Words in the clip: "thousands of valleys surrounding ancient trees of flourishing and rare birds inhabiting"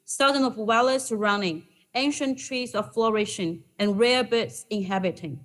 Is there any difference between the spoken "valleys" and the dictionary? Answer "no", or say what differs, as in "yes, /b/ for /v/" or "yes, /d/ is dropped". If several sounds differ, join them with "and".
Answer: yes, /w/ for /v/